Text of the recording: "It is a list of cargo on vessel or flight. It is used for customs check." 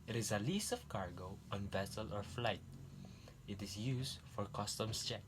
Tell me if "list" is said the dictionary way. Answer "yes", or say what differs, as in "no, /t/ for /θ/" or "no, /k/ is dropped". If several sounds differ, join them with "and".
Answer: no, /t/ is dropped